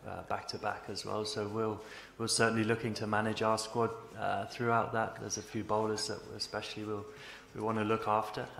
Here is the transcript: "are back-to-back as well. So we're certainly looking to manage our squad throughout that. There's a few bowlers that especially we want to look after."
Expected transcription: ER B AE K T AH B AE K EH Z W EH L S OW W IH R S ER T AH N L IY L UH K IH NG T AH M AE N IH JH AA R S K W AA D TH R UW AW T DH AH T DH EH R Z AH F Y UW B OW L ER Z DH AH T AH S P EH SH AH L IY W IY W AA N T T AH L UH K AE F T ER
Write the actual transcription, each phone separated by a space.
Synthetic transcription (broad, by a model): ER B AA K T AH B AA K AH Z W EH L S OW W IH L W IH S AH N L IY L UH K IH NG T AH M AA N IH JH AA S K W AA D TH R UW AW T DH AH T DH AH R Z AH F Y UW B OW L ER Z DH AH T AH S P EH SH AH W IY W IY W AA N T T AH L UH K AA F T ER